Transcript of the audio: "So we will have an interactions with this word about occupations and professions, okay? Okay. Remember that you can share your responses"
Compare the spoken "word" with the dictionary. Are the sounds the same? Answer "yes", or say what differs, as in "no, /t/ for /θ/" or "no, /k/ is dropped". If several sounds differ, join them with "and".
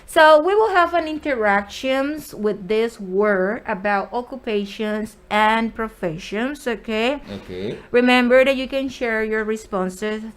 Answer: no, /d/ is dropped